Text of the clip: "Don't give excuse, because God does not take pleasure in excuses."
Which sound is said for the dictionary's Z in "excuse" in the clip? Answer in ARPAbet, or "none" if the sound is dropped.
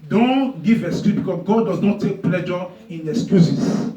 none